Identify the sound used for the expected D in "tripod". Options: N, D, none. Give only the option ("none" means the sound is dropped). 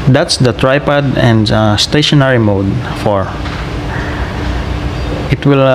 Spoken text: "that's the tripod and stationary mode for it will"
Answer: D